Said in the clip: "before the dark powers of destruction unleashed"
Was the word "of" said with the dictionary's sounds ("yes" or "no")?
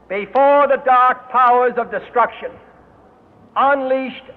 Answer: yes